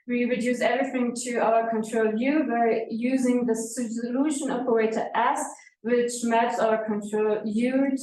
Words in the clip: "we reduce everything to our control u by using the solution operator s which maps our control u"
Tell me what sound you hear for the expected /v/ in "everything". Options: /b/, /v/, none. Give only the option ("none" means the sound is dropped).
/v/